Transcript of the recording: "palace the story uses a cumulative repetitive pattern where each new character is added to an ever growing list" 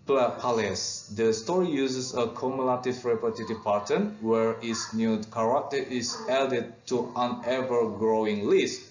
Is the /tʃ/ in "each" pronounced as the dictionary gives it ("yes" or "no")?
no